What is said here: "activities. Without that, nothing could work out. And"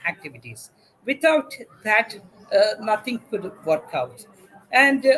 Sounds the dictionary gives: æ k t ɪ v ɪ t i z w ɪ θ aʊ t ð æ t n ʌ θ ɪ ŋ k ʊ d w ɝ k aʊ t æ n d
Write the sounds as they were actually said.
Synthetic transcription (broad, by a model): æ k t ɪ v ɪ t i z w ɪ t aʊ t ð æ t n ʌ t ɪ ŋ k ʊ d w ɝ k aʊ t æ n d